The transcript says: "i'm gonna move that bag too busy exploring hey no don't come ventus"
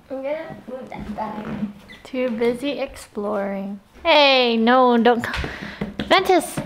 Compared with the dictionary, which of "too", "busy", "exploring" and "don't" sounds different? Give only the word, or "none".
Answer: none